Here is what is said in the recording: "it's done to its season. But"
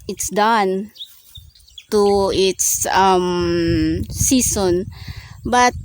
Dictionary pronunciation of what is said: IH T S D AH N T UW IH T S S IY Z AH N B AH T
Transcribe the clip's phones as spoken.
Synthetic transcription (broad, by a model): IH T S D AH N T UW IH T S S IY S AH N B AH T